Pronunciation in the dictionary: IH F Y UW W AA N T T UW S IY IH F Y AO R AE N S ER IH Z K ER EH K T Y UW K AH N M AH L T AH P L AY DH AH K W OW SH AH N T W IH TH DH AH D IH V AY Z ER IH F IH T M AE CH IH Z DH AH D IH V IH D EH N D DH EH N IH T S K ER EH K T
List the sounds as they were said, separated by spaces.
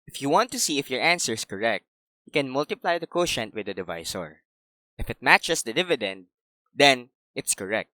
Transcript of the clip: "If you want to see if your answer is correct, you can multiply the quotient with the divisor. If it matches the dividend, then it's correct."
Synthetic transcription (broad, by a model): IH F Y UW W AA N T T UW S IY IH F Y AO R AE N S ER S K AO EH K T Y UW K AH N M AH L T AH P L AY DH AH K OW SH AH N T W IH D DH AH D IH V AY S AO IH F IH T M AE CH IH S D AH D IH V IH D EH N D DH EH N IH T S K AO EH K T